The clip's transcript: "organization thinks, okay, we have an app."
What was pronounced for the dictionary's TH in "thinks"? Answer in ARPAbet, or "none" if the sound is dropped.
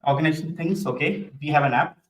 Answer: T